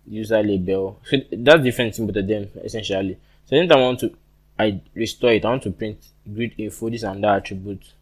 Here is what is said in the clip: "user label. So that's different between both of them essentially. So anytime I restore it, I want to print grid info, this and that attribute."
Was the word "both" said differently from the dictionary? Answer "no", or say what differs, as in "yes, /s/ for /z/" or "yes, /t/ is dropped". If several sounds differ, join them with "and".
yes, /t/ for /θ/